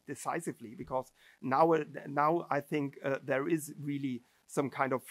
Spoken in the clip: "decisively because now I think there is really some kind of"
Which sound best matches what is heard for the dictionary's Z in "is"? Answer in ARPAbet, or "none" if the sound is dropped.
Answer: Z